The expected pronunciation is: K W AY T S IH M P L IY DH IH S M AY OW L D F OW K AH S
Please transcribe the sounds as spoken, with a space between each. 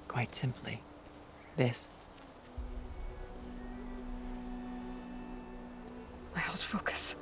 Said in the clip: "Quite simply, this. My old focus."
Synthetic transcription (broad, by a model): K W AY T S IH M P L IY DH IH S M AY OW L D F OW K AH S